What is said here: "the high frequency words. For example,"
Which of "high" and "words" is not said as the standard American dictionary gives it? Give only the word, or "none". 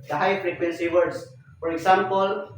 words